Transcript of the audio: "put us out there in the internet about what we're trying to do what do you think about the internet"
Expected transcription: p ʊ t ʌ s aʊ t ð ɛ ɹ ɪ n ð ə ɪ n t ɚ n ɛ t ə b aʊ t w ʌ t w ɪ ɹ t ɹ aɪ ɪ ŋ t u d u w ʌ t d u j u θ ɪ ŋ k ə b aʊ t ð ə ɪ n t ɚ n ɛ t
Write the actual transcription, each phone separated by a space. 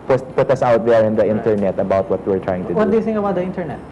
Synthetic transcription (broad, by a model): p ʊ t ʌ s aʊ t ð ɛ ɹ ɪ n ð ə ɪ n t ɚ n ɛ t ə b aʊ t w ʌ t w ɪ ɹ t ɹ aɪ ɪ ŋ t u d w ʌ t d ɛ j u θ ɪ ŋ ə b aʊ t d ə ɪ n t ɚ n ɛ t